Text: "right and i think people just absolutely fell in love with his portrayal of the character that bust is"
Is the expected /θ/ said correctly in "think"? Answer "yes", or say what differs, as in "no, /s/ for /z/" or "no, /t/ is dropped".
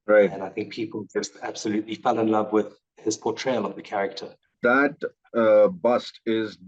yes